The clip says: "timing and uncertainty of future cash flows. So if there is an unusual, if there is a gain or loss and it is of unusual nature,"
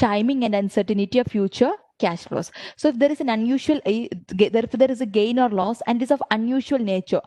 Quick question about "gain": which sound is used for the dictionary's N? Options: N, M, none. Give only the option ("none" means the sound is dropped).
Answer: N